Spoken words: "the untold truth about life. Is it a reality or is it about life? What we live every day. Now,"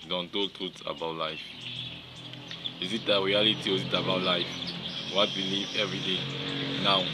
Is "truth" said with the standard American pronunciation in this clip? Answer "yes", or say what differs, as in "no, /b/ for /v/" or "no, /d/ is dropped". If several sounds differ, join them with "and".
no, /t/ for /θ/